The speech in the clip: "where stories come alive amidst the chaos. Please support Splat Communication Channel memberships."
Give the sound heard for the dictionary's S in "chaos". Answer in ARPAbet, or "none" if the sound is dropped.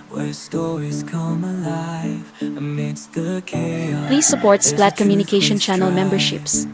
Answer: none